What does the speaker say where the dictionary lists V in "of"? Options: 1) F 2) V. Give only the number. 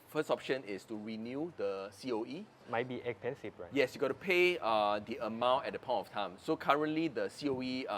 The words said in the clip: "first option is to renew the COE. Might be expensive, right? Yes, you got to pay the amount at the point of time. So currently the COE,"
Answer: 1